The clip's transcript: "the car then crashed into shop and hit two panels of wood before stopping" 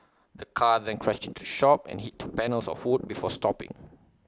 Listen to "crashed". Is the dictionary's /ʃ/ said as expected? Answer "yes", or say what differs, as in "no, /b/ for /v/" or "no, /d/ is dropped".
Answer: no, /s/ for /ʃ/